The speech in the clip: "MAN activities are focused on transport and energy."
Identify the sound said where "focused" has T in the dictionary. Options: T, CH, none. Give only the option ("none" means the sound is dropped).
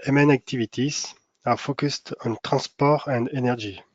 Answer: T